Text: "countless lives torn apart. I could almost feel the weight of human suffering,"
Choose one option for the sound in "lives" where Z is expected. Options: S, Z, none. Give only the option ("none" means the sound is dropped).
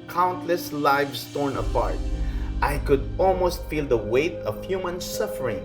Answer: S